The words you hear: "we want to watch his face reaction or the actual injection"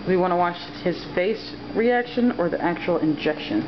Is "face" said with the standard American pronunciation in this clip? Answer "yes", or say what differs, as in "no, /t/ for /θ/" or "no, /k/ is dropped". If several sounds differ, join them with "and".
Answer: yes